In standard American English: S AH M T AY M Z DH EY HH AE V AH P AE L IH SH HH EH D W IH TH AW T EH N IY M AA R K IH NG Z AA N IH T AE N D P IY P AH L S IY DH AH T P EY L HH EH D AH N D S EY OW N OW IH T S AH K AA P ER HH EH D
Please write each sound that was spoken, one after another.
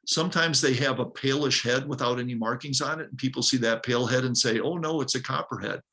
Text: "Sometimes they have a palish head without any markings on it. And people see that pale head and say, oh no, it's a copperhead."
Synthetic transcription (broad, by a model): S AH M T AY M Z DH EY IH V AH P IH L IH SH HH EH D W IH TH AW T EH N IY M AA R K IH NG Z N IH T N P IY P L S IY DH AH T P EY L HH EH D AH N S EY OW N OW IH T S AH K AA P ER HH EH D